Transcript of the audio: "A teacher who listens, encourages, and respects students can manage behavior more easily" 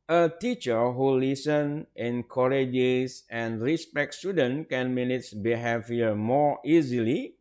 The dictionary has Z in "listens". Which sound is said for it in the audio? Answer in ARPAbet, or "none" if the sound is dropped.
none